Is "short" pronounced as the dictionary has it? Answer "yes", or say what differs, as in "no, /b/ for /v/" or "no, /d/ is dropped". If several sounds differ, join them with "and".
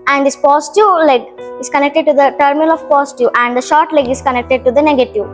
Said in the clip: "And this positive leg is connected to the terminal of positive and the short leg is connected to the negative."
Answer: yes